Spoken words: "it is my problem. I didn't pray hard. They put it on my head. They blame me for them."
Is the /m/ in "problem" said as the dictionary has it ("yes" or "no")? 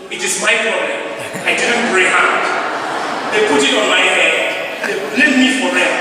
no